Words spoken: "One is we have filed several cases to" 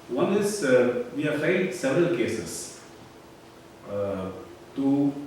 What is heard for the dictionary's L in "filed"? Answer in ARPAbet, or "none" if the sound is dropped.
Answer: none